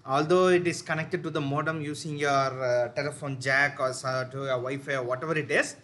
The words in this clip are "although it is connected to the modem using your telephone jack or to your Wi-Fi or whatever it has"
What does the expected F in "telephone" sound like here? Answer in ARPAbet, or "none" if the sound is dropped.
F